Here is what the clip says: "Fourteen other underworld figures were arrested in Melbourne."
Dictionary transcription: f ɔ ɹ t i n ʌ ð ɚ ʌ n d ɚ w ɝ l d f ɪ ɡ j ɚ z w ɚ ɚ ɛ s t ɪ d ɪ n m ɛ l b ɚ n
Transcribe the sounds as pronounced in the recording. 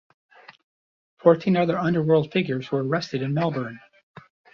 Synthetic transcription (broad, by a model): f ɔ ɹ t i n ʌ ð ɚ ʌ n d ɚ w ɝ l d f ɪ ɡ j ɚ z w ɚ ɚ ɛ s t ɪ d ɪ n m ɛ l b ɚ n